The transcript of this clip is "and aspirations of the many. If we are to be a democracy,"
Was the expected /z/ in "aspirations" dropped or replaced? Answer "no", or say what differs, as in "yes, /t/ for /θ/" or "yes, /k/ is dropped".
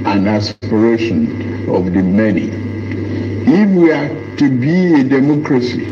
yes, /z/ is dropped